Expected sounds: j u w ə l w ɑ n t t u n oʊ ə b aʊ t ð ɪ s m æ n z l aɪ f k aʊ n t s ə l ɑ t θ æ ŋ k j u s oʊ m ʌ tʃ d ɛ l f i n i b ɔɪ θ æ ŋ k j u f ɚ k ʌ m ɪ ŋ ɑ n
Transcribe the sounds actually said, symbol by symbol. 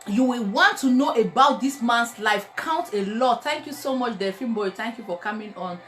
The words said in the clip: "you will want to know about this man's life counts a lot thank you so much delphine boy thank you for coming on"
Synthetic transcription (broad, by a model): j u w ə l w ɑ n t t u n oʊ ə b aʊ t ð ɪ s m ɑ n s l aɪ f k aʊ n t ə l ɑ t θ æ ŋ k j u s oʊ m ʌ tʃ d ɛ f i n b ɔɪ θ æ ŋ k j u f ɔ k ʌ m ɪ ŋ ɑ n